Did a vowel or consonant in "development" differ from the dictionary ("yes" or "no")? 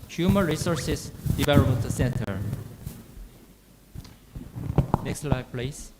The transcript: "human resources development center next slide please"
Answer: yes